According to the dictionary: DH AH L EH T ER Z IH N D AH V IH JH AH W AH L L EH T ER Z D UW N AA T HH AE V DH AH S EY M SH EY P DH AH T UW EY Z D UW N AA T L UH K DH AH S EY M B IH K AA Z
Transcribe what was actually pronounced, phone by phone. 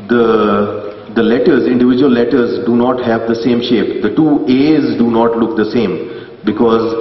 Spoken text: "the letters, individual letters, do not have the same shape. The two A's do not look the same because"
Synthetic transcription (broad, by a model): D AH L EH T ER Z IH N D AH V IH JH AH AH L L EH T ER Z D UW N AA T HH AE V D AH S EY M SH EY P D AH T UW EY Z D UW N AA T L UH K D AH S EY M B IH K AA Z